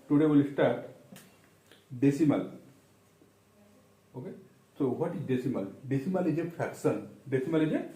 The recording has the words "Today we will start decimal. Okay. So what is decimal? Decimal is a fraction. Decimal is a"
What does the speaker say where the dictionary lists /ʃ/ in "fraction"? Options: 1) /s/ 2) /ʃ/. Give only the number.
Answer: 1